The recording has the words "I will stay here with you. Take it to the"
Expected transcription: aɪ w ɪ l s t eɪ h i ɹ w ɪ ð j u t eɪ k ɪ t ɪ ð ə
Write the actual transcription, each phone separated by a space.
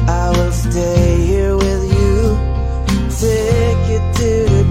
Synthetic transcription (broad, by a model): aɪ w ɪ l s t eɪ h i ɹ w ɪ ð j u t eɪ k ɪ t ɪ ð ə